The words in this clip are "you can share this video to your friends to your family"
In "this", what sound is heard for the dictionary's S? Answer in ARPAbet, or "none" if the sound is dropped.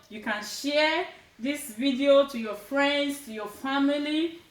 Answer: S